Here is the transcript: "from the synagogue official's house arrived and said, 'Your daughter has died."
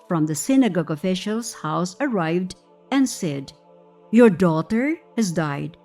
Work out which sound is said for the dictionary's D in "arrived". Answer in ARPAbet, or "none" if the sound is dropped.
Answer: D